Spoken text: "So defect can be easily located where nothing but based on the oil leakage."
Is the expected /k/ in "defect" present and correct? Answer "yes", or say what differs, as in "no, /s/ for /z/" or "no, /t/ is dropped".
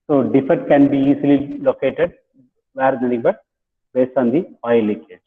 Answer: no, /k/ is dropped